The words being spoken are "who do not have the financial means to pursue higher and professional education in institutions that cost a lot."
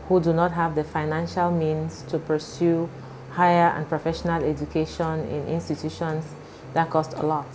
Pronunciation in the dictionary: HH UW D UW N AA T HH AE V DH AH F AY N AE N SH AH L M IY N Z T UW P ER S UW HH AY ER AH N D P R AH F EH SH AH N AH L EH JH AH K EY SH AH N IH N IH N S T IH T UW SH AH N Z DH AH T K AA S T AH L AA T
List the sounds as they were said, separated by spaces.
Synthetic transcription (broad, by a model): HH UW D UW N AA T HH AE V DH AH F AY N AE N SH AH L M IY N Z T UW P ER S UW HH AY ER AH N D P R AH F EH SH AH N AH L EH JH AH K EY SH AH N IH N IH N S T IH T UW SH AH N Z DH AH T K AA S T AH L AA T